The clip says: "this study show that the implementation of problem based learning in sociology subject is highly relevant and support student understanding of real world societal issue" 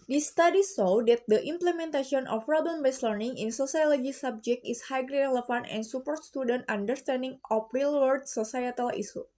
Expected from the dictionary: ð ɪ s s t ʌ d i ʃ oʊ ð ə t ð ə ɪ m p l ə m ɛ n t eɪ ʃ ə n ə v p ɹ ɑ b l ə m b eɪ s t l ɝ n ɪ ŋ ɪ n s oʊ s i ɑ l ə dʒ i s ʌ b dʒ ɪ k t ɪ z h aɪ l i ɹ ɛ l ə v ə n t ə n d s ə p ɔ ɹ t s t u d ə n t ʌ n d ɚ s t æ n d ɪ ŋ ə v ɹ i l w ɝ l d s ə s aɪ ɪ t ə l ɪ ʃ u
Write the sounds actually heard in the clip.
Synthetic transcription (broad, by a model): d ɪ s s t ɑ d i s oʊ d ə t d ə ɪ m p l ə m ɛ n t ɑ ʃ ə n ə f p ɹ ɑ b l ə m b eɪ s l ɝ n ɪ ŋ ɪ n s oʊ s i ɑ l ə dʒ i s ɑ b dʒ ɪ k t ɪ s h aɪ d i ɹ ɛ l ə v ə n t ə n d s ə p ɔ ɹ t s t u d ə n t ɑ n d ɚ s t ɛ n d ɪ ŋ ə f ɹ i l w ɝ d s ə s aɪ ɪ t ə l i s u